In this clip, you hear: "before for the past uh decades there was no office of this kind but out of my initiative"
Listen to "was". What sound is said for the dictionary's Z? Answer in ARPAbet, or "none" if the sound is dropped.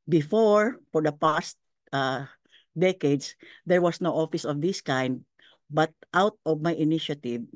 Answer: S